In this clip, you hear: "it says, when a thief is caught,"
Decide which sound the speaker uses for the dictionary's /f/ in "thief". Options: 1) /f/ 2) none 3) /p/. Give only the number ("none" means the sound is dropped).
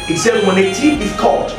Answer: 2